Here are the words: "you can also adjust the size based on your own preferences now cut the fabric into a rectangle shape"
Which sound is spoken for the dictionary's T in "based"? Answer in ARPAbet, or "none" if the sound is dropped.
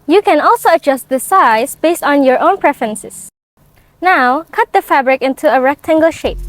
T